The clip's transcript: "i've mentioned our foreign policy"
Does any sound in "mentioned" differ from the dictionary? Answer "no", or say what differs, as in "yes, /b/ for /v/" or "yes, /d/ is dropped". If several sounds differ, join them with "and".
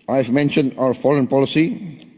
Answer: no